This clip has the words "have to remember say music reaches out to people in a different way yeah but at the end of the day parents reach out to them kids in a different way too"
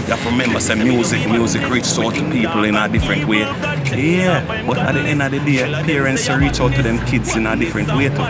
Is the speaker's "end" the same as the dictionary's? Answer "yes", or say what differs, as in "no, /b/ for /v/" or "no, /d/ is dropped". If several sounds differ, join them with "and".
no, /d/ is dropped